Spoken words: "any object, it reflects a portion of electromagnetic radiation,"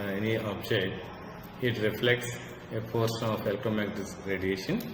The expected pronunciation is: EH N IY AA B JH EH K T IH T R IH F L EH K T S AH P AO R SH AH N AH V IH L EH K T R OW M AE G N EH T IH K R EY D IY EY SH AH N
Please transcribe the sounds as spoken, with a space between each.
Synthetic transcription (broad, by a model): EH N IY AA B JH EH T IH T R IH F L EH K T S AH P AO R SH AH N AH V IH L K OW M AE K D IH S R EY D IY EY SH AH N